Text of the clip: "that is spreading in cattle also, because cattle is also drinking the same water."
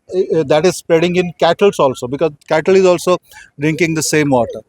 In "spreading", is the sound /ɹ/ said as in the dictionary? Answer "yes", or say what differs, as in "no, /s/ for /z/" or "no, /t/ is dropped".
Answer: yes